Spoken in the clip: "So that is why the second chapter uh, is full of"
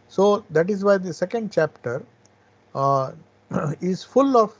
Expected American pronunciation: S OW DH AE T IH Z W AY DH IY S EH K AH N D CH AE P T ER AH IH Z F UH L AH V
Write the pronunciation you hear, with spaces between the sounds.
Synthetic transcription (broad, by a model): S OW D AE T IH Z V AY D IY S EH K AH N D CH AE P T ER IH Z F UH L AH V